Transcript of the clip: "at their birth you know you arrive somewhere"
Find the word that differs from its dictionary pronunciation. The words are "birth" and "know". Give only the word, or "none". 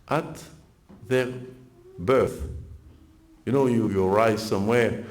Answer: none